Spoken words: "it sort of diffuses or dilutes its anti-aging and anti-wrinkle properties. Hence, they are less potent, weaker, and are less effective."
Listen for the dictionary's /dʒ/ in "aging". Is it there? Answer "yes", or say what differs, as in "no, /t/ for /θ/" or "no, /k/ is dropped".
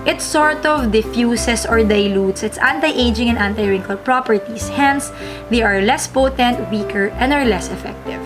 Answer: yes